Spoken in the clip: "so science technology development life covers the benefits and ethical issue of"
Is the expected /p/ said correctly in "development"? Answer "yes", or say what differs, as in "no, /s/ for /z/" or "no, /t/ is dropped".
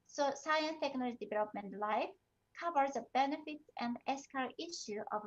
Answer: yes